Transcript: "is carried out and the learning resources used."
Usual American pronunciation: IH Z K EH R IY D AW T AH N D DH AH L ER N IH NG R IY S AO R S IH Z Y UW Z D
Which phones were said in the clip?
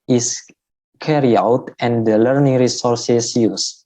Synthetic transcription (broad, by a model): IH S K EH R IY AW T AH N D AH L ER N IH NG R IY S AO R S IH S Y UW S